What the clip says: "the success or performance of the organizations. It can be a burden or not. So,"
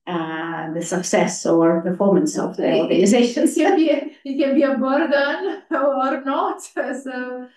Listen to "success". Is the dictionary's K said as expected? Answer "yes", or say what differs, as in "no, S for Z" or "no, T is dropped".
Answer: yes